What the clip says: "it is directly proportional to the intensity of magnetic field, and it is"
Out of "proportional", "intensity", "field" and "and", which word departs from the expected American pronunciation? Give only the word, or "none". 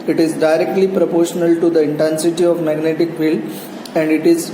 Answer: field